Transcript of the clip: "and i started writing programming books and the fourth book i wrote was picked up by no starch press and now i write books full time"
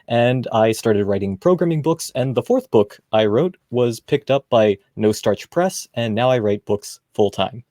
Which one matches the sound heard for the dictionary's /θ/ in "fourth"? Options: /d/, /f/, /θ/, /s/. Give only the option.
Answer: /θ/